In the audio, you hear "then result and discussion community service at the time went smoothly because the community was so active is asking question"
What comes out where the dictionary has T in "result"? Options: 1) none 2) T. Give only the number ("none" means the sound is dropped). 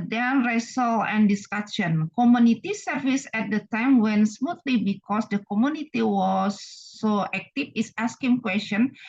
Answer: 1